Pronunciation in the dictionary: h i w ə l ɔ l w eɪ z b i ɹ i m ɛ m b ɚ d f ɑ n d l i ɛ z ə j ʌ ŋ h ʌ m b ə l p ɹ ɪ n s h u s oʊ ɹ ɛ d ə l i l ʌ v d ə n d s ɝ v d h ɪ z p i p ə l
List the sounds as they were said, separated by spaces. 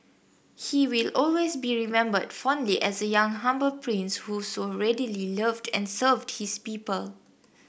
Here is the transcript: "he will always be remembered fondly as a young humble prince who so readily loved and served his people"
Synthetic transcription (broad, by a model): h i w ə l ɔ l w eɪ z b i ɹ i m ɛ m b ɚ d f ɑ n d l i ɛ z ə j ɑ ŋ h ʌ m b ə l p ɹ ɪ n s h u s oʊ ɹ ɛ d ə l i l ʌ v d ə n s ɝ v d h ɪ s p i p ə l